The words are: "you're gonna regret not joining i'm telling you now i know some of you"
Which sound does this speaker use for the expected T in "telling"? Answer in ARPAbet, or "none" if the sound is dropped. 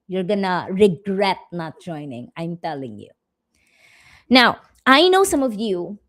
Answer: T